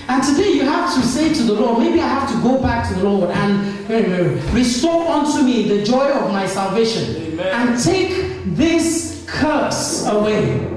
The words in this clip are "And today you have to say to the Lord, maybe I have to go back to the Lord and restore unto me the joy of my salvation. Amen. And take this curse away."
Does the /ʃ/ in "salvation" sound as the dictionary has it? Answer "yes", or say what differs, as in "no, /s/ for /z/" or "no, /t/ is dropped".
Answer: no, /ʃ/ is dropped